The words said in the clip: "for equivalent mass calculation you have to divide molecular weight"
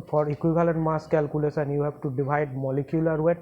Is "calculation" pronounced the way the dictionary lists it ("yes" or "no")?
no